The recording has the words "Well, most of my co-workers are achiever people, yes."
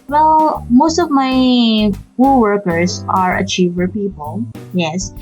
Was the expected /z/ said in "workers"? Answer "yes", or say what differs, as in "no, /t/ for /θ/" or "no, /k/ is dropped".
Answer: no, /s/ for /z/